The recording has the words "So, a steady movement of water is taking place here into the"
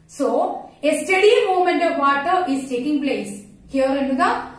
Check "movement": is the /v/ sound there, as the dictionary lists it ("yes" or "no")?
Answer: no